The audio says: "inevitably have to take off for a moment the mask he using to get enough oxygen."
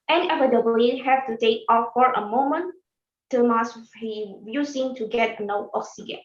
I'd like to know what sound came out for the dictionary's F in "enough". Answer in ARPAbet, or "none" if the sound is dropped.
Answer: none